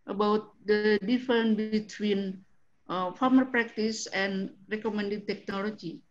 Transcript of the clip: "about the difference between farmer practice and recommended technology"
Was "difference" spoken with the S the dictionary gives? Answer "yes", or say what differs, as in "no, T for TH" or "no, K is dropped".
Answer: no, S is dropped